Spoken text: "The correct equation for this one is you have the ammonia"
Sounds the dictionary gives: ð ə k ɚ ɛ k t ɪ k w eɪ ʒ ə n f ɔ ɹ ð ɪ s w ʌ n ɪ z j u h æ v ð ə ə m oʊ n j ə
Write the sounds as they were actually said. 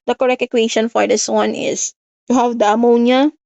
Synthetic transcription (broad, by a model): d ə k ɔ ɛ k ɪ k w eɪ ʃ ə n f ɔ ɹ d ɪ s w ʌ n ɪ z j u h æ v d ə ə m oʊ n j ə